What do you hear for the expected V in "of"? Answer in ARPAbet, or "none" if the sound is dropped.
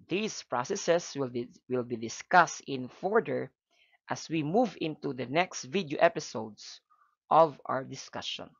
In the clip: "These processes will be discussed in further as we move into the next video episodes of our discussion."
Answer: V